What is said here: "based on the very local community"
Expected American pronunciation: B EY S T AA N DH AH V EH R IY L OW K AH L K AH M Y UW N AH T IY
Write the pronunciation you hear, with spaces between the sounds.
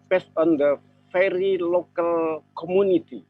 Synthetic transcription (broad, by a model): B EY S T AA N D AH F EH R IY L OW K AH L K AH M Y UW N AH T IY